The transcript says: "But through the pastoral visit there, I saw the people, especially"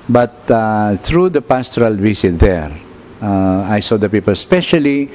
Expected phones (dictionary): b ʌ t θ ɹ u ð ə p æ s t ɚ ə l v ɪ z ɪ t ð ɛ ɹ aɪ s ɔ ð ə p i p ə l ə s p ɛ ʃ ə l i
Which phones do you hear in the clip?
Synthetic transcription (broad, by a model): b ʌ t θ ɹ u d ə p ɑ s t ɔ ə l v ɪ s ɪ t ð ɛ ɹ aɪ s ɔ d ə p i p ə l s p ɛ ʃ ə l i